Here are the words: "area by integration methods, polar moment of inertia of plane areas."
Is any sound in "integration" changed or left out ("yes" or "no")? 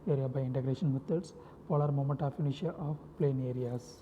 no